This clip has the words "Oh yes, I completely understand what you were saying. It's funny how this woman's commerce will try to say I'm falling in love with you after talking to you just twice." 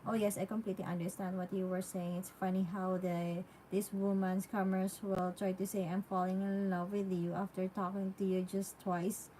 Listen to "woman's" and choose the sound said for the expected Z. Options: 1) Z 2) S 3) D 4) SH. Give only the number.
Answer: 2